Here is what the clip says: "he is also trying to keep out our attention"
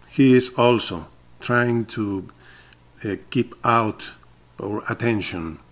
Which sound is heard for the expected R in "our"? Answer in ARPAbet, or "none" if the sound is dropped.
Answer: R